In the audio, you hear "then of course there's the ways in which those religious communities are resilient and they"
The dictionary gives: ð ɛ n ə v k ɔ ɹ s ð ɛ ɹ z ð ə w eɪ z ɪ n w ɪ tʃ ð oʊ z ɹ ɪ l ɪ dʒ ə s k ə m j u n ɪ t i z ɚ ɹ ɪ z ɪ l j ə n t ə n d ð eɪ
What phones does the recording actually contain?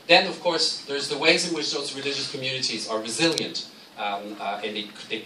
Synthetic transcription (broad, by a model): ð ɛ n ə v k ɔ ɹ s ð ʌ ɹ z ð ə w eɪ z ɪ n w ɪ tʃ ð oʊ z ɹ ɪ l ɪ dʒ ə s k ə m j u n ɪ t i z ɚ ɹ ɪ z ɪ l j ə n t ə n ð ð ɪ